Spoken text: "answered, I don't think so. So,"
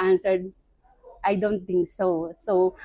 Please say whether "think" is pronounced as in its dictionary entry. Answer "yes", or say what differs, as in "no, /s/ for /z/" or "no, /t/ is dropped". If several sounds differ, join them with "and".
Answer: no, /t/ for /θ/